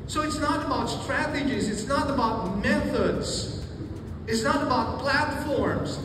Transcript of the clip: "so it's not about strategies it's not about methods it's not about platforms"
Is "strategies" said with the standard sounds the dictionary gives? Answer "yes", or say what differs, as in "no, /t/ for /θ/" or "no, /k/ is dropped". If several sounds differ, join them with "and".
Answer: yes